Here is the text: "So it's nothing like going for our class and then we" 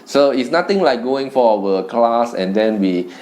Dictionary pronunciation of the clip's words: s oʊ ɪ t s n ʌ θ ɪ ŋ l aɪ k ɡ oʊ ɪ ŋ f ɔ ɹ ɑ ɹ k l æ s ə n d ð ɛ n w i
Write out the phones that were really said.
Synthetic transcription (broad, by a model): s oʊ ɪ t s n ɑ t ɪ ŋ l aɪ k ɡ oʊ ɪ ŋ f ɔ w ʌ k l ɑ s ə n d ɛ n w i